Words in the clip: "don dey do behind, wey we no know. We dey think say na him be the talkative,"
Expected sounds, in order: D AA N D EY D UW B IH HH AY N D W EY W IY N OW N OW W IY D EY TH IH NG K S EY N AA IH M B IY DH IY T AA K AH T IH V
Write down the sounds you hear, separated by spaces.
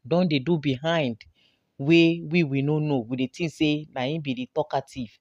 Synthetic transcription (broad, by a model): D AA N D EY D UW B IH HH AY N D W EY W IY N OW N OW W IY D EY T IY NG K S EY N AA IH B IY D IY T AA K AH T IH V